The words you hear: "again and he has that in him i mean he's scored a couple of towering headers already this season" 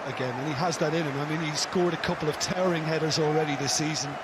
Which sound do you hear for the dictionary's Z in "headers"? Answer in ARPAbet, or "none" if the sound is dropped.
Z